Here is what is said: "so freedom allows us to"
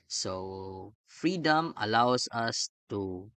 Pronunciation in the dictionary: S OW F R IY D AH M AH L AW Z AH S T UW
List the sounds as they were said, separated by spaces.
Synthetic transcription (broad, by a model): S OW F R IY D AH M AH L AW S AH S T UW